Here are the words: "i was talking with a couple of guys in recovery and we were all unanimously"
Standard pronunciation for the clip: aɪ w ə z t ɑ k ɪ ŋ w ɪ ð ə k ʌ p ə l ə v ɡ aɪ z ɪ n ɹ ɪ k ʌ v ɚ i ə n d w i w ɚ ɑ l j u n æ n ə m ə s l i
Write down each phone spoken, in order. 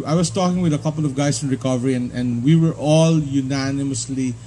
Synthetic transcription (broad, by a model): aɪ w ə s t ɑ k ɪ ŋ w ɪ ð ə k ʌ p ə l ə v ɡ aɪ s ɪ n ɹ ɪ k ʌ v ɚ i ə n d w i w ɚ ɑ l j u n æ n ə m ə s l i